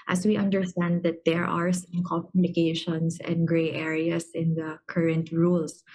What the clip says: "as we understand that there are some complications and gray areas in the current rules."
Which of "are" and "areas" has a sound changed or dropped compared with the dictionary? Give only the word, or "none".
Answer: areas